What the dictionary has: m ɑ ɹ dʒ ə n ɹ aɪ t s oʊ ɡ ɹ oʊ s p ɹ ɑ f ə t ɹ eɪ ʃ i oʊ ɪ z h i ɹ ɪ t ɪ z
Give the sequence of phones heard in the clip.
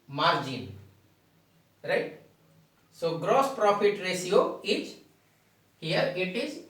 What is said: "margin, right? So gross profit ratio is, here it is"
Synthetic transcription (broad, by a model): m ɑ ɹ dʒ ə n ɹ aɪ t s oʊ ɡ ɹ oʊ s p ɹ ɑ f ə t ɹ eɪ s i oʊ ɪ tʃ h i ɹ ɪ t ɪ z